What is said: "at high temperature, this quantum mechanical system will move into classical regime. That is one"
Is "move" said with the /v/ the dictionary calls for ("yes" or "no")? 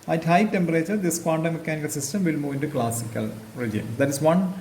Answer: yes